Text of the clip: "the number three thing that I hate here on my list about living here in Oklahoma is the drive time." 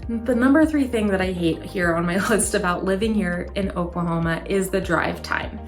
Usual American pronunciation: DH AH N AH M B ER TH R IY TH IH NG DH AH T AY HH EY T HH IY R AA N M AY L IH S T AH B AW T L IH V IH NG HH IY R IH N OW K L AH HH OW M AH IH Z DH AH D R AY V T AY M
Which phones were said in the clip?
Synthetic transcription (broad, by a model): DH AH N AH M B ER TH R IY TH IH NG DH AH T AY HH EY T HH IY R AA N M AY L IH S T AH B AW T L IH V IH NG HH IY R IH N OW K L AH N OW M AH IH Z DH AH D R AY V T AY M